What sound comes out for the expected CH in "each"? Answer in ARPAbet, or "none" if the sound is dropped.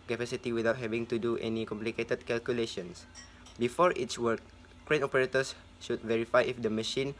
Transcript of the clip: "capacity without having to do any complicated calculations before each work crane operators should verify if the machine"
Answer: S